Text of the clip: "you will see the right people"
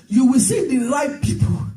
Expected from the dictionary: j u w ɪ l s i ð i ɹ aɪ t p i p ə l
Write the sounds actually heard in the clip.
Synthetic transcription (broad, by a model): j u w ɪ l s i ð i l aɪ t p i p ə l